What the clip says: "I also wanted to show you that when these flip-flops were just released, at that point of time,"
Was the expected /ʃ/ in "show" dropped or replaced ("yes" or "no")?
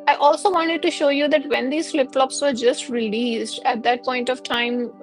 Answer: no